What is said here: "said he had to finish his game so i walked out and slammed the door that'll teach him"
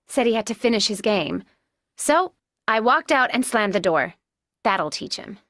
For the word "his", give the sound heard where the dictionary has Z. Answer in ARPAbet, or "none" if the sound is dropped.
Z